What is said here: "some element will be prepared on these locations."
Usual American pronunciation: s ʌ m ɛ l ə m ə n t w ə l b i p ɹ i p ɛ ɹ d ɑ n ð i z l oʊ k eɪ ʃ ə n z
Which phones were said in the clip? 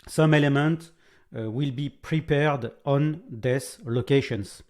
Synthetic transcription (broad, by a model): s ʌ m ɛ l ə m ə n t w ə l b i p ɹ i p ɛ ɹ d ɑ n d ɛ s l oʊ k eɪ ʃ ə n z